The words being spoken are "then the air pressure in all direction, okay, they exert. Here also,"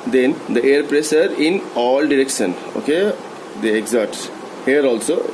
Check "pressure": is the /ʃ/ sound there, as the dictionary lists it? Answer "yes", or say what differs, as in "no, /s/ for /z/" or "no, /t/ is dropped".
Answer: no, /s/ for /ʃ/